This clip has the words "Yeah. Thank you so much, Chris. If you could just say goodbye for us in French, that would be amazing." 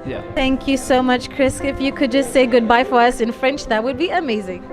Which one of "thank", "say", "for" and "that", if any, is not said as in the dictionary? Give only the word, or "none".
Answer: none